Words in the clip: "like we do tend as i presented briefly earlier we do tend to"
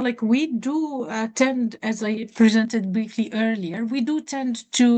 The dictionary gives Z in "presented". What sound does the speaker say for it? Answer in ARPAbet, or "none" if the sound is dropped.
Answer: Z